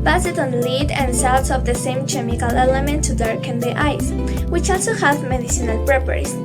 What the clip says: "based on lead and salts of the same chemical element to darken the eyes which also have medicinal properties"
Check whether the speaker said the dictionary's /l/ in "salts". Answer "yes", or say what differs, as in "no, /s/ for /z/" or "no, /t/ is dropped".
no, /w/ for /l/